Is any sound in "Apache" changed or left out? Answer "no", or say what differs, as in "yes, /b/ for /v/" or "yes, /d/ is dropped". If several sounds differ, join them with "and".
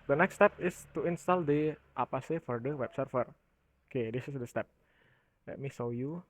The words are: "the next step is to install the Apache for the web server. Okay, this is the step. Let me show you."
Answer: yes, /s/ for /tʃ/